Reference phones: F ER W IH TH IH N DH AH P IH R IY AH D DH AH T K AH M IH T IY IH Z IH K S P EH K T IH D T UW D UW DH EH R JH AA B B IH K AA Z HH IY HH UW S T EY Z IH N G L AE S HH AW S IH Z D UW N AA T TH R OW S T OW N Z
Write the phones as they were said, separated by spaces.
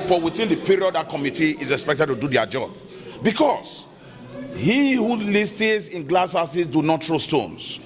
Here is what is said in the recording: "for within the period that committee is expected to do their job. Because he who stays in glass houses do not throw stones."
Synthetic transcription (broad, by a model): F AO W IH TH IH N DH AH P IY R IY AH D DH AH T K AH M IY T IY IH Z IH K S P EH K T IH D T UW D UW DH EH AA JH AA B B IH K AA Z HH IY HH UW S T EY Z IH N G L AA S HH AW S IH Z D UW N AA T T R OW S T OW N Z